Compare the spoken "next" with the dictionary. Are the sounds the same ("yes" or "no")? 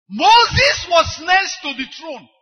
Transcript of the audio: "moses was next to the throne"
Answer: no